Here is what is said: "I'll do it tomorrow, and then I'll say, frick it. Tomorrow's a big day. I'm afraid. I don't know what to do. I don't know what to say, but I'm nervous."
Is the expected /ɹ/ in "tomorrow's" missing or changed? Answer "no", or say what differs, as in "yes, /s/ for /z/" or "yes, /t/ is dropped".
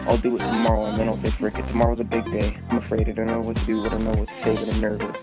no